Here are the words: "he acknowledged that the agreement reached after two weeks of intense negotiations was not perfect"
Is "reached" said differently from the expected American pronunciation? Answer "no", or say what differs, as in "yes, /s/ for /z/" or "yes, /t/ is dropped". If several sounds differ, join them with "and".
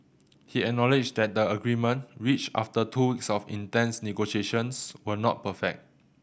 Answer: yes, /t/ is dropped